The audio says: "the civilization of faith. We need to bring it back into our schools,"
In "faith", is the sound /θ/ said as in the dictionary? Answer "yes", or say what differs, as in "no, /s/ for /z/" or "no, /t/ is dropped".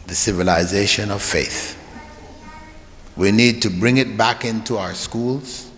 yes